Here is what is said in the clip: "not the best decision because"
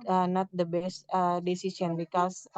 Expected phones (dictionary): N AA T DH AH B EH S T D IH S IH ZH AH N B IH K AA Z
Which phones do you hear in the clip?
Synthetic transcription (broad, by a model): N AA T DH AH B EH S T D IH S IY S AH N B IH K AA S